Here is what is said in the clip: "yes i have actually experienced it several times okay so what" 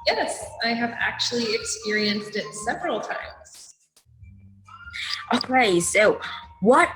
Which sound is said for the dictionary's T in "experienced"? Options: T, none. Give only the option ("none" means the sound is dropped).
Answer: T